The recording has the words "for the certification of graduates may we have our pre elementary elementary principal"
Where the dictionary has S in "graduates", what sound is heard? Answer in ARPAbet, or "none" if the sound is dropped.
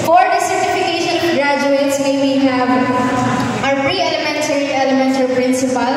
S